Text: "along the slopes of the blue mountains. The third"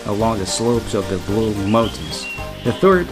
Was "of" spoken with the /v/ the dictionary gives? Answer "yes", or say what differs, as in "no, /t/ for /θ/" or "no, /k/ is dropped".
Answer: yes